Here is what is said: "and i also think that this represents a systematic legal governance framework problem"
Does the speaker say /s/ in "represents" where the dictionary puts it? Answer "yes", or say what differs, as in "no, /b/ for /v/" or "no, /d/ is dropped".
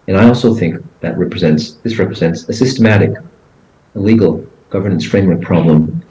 yes